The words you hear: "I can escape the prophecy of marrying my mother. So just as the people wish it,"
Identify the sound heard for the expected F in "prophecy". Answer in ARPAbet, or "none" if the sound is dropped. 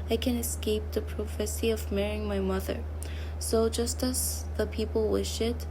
F